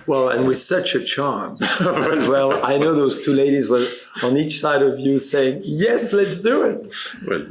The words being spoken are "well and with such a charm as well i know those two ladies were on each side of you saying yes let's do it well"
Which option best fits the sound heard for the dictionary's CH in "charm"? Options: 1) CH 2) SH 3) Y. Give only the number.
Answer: 1